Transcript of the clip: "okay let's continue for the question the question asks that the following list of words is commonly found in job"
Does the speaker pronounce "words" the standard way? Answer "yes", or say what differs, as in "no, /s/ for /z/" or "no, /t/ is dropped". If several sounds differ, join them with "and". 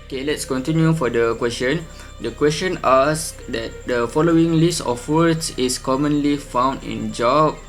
no, /s/ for /z/